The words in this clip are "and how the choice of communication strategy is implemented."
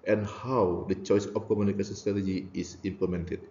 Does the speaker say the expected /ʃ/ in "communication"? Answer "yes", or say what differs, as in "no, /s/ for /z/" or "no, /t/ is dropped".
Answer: no, /s/ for /ʃ/